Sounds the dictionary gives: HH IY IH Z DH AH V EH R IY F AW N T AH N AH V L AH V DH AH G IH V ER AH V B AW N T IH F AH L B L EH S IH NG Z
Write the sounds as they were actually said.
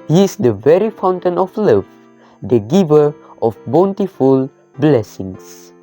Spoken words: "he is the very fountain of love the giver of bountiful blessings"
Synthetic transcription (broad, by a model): HH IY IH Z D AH V EH R IY F AW N T AH N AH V L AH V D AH G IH V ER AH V B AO N T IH F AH L B L EH S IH NG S